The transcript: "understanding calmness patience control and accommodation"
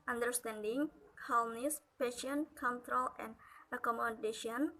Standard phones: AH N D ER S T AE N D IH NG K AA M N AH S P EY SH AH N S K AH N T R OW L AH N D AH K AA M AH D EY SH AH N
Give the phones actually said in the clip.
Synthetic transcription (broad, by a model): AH N D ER S T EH N D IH NG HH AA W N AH S P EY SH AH N K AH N T R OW L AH N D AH K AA M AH D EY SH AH N